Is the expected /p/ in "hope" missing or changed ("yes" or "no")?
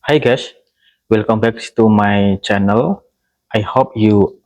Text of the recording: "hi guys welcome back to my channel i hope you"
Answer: no